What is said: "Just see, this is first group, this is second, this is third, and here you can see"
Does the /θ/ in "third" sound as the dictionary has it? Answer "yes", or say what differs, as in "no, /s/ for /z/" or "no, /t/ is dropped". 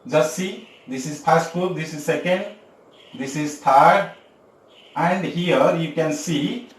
no, /t/ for /θ/